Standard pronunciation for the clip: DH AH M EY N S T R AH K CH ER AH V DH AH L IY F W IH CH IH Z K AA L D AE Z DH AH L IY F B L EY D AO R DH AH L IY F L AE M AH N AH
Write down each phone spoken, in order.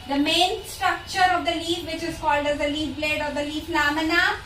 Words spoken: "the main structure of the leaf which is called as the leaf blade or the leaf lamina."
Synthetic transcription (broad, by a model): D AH M EY N S T R AH K CH ER AH V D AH L IY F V IH CH IH Z K AA L D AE Z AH L IY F B L EY D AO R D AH L IY F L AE M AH N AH